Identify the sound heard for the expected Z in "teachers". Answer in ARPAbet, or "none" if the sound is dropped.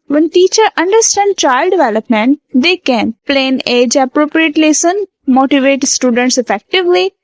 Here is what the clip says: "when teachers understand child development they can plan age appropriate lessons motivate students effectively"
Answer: none